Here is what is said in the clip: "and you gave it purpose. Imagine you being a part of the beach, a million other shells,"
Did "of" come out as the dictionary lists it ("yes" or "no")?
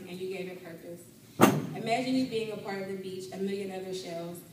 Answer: yes